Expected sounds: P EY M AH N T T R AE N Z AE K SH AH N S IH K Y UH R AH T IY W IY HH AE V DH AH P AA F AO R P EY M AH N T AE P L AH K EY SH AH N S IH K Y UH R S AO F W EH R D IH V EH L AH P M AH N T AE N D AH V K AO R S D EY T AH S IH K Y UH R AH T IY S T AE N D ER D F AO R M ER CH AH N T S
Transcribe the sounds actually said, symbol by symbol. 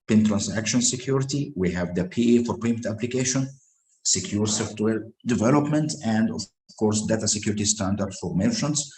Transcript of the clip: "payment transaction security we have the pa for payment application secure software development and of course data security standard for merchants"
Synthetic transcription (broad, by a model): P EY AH N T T R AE N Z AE K SH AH N S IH K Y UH R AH T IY W IY HH AE V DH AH P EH F AO R P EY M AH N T AE P L AH K EY SH AH N S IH K Y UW R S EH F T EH L D IH V EH L AH P M AH N T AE N D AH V K AO R S D EY T AH S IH K Y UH R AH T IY S T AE N D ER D F AO R M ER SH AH N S